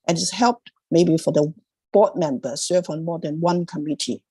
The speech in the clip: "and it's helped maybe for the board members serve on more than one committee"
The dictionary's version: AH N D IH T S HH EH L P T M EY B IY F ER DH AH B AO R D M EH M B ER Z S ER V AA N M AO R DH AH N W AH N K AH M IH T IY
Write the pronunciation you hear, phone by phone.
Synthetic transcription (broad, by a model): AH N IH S HH EH L P T M EY B IY F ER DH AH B AO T M EH M B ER S ER V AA N M AO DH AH N W AH N K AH M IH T IY